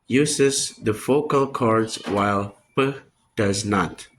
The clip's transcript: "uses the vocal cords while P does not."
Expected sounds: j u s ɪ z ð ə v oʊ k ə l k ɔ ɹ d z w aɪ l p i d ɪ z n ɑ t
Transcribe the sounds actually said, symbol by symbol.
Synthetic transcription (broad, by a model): j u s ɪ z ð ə f oʊ k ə l k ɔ ɹ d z w aɪ l p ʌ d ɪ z n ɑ t